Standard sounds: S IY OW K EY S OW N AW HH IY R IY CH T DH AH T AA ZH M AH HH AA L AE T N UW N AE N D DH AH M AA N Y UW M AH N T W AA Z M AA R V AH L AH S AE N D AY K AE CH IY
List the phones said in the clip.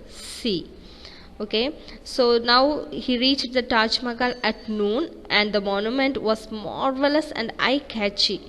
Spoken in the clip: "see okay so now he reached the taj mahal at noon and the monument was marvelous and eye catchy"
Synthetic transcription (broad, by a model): S IY OW K EY S OW N AW HH IY R IY CH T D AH T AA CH M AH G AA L AE T N UW N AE N D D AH M AA N Y UW M AH N T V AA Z M AA R V AH L AH S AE N D AY K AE CH IY